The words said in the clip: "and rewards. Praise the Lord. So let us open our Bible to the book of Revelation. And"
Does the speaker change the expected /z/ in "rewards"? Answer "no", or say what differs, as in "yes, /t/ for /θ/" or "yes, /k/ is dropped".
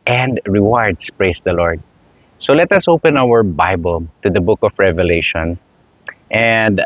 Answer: yes, /s/ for /z/